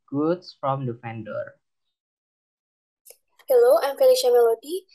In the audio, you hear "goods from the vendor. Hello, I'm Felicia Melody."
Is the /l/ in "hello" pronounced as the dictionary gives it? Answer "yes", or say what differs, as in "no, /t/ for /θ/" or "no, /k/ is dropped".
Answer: yes